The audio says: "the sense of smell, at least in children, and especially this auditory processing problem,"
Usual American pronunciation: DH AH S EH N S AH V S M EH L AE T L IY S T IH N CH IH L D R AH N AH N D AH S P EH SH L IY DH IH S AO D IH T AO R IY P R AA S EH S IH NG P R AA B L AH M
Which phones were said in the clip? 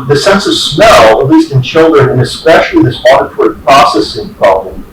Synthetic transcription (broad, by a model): DH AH S EH N S AH V S M EH L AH T L IY S T IH N CH IH L D R AH N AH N AH S P EH SH L IY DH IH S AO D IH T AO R P R AA S EH S IH NG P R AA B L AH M